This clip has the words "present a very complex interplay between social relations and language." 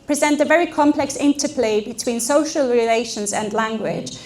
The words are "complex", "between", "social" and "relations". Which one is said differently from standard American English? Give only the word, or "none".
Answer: none